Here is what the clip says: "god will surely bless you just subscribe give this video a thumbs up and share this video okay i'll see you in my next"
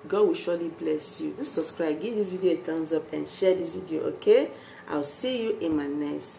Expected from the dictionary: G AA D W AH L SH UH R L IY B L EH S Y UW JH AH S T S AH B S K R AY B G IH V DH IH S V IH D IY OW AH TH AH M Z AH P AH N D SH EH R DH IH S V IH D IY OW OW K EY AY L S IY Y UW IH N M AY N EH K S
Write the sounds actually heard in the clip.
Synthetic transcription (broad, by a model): G AA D W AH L SH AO L IY B L EH S Y UW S S AH B S K R AY B G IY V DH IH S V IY D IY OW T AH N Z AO P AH N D SH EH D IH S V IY D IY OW OW K EY AY W S IY Y UW IH N M AY N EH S